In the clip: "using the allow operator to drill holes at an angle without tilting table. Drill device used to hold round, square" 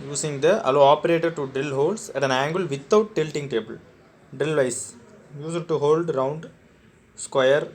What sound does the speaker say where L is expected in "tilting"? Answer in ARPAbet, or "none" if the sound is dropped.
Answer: L